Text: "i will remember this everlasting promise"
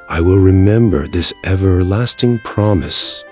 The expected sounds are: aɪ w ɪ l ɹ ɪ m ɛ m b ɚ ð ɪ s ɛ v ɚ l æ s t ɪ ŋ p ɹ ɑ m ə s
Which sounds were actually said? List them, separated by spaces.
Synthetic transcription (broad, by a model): aɪ w ɪ l ɹ ɪ m ɛ m b ɚ ð ɪ s ɛ v ɚ l æ s t ɪ ŋ p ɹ ɑ m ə s